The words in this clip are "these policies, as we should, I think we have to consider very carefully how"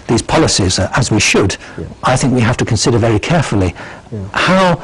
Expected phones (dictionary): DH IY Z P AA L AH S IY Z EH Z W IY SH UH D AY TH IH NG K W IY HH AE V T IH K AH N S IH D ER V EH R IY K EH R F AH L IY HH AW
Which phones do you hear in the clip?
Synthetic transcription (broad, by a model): DH IY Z P AA L AH S IY Z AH Z W IY SH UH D AY TH IH NG K W IY HH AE F T IH K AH N S IH D ER V EH R IY K EH R F AH L IY HH AW